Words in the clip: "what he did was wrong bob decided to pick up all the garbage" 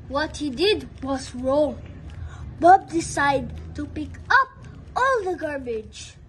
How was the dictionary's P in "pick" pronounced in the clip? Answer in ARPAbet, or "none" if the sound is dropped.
P